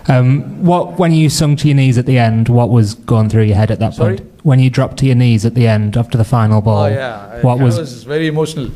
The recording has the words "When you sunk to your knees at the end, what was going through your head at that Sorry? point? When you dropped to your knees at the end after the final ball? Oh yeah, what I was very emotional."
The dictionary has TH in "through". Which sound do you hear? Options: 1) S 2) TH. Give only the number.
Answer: 2